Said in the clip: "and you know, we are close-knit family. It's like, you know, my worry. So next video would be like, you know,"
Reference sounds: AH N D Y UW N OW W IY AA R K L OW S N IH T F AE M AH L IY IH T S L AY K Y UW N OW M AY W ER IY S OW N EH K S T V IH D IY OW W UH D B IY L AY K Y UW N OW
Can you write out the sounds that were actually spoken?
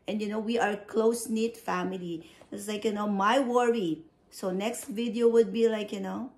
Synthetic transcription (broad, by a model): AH N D Y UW N OW W IY AA R K L OW S N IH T F AE M AH L IY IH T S L AY K Y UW N OW M AY W ER IY S OW N EH K S T V IH D IY OW W UH D B IY L AY K Y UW N OW